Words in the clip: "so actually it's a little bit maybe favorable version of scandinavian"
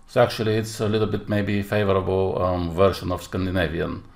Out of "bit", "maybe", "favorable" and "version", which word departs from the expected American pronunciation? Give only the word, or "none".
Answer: version